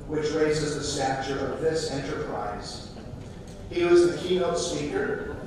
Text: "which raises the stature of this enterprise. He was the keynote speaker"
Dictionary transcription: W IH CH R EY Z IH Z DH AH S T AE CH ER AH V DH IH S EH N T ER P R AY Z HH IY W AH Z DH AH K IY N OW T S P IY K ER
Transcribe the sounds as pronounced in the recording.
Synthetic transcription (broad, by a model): W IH CH R EY Z IH Z DH AH S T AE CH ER AH V DH IH S EH N T ER P R AY Z HH IY W AH Z DH AH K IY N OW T S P IY K ER